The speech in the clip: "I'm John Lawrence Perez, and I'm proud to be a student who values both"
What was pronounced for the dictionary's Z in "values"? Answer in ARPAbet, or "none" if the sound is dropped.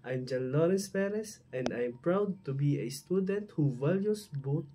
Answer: S